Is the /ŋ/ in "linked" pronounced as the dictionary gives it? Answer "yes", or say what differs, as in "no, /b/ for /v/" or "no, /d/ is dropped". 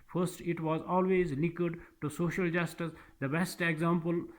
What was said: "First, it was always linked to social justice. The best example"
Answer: no, /ŋ/ is dropped